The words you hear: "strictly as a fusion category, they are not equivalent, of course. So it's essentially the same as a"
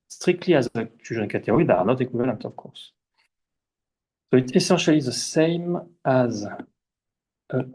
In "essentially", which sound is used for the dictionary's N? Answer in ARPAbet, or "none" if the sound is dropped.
none